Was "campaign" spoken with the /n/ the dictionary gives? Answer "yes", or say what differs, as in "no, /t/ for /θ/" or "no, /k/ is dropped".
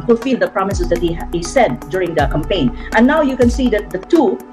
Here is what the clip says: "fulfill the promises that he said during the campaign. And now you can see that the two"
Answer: no, /n/ is dropped